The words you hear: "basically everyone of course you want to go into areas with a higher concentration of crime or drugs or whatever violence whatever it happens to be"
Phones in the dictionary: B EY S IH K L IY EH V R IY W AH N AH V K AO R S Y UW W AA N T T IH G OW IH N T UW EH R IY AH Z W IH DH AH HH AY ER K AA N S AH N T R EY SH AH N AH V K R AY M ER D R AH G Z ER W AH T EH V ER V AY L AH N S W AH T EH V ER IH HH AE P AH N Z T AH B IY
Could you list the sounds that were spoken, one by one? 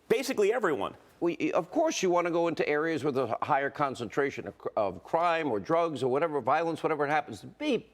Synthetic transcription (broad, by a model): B EY S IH K L IY EH V R IY W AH N AH V K AO R S Y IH W AA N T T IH G OW IH N T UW EH R IY AH Z W IH DH AH HH AY ER K AA N S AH N T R EY SH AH N AH V K R AY M ER D R AH G Z ER W AH T EH V ER V AY L AH N S W AH T EH V ER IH HH AE P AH N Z T AH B IY